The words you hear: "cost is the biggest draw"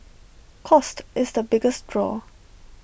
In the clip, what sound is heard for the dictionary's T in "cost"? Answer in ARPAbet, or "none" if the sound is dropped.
T